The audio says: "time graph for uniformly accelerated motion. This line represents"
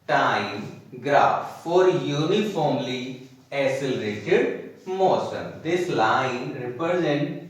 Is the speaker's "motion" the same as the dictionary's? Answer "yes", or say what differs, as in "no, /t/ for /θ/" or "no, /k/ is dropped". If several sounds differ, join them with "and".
no, /s/ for /ʃ/